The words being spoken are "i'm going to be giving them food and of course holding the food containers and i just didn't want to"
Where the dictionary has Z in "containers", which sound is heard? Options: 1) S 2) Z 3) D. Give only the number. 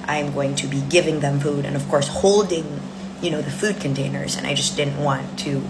2